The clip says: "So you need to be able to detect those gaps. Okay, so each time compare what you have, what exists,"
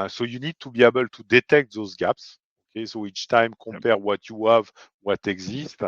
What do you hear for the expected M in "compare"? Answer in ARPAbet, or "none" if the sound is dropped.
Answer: none